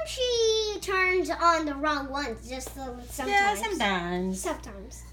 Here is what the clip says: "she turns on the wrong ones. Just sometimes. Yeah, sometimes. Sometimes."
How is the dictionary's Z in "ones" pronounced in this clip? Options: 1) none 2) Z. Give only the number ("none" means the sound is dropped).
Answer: 1